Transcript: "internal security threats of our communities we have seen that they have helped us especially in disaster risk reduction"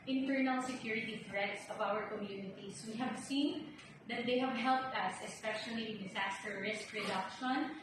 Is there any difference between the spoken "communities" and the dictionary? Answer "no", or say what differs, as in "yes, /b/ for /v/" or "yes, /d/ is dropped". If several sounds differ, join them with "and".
yes, /s/ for /z/